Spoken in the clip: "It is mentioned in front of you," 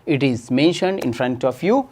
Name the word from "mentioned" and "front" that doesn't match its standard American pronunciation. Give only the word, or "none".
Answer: none